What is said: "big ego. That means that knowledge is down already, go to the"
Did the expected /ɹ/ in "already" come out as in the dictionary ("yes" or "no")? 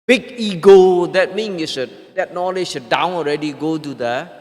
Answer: yes